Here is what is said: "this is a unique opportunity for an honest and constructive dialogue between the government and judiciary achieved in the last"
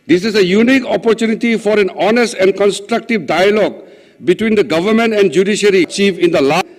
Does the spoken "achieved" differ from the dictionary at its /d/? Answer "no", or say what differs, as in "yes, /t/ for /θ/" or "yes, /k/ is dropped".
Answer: yes, /d/ is dropped